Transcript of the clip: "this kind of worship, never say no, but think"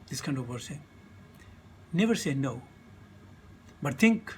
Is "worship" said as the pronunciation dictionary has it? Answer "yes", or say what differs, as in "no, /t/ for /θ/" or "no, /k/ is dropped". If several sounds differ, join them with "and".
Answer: no, /s/ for /ʃ/